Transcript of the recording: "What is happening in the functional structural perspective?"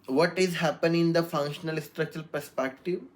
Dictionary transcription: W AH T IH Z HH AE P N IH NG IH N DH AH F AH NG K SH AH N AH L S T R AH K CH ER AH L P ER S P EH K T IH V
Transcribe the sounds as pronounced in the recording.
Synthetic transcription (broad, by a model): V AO T IH Z HH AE P IH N IH N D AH F AH NG K SH AH N AH L S T R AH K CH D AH L P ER S P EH K T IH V